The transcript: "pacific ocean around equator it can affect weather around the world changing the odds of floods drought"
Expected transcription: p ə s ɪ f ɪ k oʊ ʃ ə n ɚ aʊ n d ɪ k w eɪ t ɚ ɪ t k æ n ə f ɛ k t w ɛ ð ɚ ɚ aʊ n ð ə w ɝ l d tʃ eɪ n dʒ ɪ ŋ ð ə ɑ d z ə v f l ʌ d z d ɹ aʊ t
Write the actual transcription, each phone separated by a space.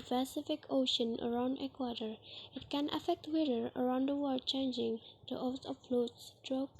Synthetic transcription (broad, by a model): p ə s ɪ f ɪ k oʊ ʃ ə n ɚ aʊ n d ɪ k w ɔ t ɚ ɪ t k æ n ə f ɛ k t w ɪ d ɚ ɚ aʊ n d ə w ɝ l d tʃ eɪ n dʒ ɪ ŋ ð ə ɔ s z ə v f l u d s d ɹ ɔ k